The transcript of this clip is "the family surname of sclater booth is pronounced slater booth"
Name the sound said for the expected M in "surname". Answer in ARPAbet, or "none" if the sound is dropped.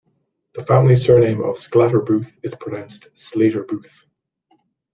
M